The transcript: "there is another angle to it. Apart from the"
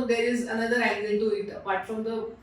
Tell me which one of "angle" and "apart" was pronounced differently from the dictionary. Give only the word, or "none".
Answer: angle